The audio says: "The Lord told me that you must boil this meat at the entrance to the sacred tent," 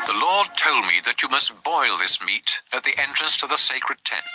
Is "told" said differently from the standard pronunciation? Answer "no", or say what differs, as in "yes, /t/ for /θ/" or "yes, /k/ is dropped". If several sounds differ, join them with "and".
no